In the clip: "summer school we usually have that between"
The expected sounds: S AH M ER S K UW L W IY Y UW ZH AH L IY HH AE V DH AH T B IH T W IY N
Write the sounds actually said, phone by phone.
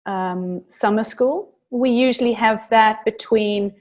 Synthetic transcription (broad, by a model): S AH M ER S K UW L W IY Y UW ZH AH L IY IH V DH AH T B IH T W IY N